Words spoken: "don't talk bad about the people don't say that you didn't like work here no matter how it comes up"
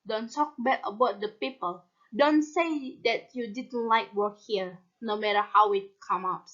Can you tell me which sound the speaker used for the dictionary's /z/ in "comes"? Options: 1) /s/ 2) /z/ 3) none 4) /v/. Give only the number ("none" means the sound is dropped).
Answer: 3